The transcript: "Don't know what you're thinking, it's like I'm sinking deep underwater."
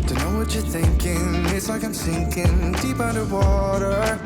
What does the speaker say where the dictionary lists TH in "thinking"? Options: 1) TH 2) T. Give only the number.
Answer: 1